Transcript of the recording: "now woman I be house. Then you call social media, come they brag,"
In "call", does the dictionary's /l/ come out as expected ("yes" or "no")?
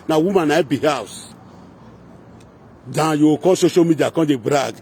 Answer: no